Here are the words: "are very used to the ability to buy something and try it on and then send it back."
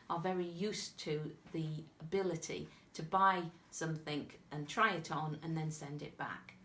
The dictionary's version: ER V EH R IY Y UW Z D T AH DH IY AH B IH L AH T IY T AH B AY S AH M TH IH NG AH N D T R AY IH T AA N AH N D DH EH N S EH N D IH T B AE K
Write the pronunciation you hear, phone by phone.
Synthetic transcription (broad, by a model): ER V EH R IY Y UW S T AH DH IY AH B IH L AH T IY T AH B AY S AH M TH IH NG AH N T R AY IH T N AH N DH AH N S EH N D IH T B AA K